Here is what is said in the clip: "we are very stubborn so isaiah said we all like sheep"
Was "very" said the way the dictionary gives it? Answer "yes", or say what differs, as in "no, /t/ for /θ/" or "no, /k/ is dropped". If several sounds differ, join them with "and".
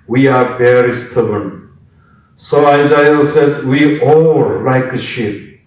no, /b/ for /v/